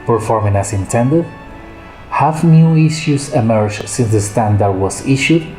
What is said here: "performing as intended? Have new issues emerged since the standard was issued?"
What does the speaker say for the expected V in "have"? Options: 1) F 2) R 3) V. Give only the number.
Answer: 1